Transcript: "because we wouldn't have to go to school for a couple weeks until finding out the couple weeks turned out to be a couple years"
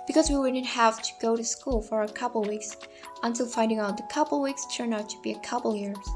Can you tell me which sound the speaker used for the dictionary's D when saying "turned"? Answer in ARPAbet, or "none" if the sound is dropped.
none